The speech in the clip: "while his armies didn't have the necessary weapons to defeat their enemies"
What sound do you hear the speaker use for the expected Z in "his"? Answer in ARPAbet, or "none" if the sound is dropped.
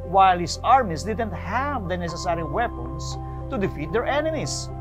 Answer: S